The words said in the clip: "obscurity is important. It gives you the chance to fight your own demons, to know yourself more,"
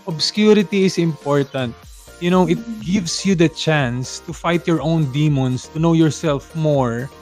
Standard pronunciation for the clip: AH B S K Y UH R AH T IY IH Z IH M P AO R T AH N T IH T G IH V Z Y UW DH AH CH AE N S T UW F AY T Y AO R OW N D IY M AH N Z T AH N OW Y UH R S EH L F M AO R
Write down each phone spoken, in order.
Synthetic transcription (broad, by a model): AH B S K Y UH R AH T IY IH S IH M P AO R T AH N T IH T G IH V S Y UW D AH CH AE N S T UW F AY T Y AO R OW N D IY M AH N S T AH N OW Y UH R S EH L F M AO R